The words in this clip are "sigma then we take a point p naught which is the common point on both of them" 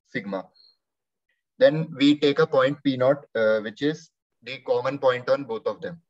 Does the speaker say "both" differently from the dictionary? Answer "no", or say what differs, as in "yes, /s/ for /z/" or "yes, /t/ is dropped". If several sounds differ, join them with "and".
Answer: yes, /t/ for /θ/